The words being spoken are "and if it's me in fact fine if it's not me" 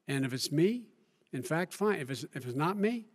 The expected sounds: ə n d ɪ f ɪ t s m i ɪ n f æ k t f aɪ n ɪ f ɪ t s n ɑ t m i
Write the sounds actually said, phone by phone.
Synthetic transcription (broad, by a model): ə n ɪ f ɪ t s m i ɪ n f æ k t f aɪ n ɪ f ɪ t s n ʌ t m i